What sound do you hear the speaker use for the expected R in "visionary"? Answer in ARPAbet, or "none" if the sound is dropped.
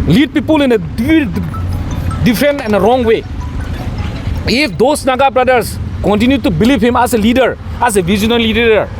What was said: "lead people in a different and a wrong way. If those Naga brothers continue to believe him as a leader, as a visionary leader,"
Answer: L